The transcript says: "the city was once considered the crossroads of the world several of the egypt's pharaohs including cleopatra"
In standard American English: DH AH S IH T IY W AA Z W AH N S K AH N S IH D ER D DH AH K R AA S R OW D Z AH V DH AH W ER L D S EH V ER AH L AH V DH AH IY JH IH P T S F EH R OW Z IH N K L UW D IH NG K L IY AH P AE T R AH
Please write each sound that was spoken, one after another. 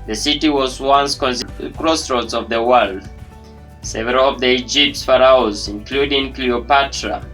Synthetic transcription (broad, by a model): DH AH S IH T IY W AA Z W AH N S K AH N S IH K R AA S R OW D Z AH V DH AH W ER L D S EH V ER AH L AH V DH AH IY JH IH P T S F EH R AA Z IH N K L UW D IH NG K L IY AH P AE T R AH